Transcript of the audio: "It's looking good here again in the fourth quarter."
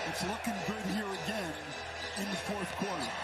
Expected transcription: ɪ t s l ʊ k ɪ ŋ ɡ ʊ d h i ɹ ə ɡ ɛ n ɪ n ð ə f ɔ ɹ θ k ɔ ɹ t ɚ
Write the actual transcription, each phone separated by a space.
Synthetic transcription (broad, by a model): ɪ t s l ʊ k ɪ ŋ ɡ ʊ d h i ɹ ə ɡ ɛ n ɪ n ð ə f ɔ ɹ θ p ɔ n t